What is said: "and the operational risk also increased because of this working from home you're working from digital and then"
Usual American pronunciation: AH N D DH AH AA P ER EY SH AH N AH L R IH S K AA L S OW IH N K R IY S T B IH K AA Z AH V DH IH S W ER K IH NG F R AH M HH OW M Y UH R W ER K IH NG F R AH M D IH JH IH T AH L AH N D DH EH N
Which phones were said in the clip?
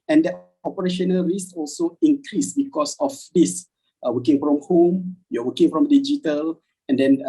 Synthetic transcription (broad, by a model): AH N D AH AA P ER EY SH AH N AH L R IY S AA L S OW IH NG K R IY S B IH K AA S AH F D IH S W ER K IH NG F R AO M HH OW M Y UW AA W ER K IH NG F R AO M D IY JH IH T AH L AH N D EH N